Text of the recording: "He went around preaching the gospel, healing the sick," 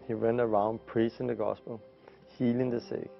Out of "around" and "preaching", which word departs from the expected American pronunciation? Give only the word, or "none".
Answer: preaching